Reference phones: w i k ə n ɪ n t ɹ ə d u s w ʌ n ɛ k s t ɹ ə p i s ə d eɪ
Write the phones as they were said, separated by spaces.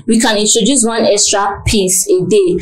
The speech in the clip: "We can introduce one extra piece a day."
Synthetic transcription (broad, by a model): w i k ə n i n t ɹ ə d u s w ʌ n ɛ k s t ɹ ə p i s ə d eɪ